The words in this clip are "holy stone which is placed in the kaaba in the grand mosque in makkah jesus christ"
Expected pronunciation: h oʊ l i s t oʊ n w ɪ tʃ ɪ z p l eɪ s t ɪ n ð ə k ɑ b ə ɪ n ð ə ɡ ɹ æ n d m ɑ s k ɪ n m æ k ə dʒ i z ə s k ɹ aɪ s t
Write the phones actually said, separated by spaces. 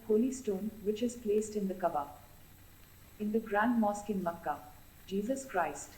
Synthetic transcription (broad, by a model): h oʊ l i s t oʊ n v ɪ tʃ ɪ z p l eɪ s t ɪ n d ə k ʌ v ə ɪ n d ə ɡ ɹ æ n d m ɑ s k ɪ n m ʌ k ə dʒ i z ə s k ɹ aɪ s t